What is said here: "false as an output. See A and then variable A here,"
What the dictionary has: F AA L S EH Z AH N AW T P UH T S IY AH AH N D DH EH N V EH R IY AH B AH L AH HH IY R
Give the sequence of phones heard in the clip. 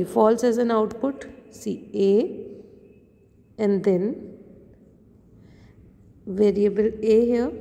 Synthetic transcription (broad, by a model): F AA L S EH Z AH N AW T P UH T S IY AH AH N D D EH N V EH R IY AH B AH L AH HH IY